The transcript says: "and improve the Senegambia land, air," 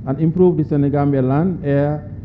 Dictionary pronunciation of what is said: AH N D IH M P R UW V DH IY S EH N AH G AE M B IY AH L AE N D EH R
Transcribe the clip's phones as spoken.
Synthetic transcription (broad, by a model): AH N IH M P R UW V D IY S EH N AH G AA M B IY L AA N EH